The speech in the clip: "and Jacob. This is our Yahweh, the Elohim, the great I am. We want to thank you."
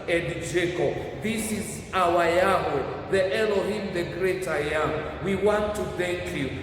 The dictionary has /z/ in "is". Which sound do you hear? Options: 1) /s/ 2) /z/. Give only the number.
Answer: 2